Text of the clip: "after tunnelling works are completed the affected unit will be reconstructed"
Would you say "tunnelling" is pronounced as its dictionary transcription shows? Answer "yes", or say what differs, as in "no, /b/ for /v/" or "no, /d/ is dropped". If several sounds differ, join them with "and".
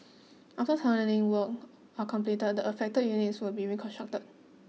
no, /n/ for /l/